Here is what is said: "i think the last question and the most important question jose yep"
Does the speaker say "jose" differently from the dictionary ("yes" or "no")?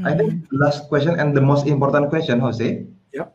yes